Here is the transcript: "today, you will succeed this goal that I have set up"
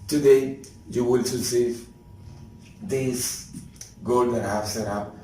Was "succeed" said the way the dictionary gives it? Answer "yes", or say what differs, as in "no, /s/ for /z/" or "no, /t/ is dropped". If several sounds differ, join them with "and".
no, /k/ is dropped